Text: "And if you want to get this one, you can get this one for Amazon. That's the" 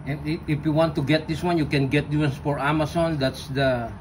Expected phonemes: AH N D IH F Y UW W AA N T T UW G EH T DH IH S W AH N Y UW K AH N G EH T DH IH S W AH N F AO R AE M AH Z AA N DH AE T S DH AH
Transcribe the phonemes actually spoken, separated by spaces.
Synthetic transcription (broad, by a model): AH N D IH F Y UW W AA N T T UW G EH T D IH S W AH N Y UW K AH N G EH T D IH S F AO R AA M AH S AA N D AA T S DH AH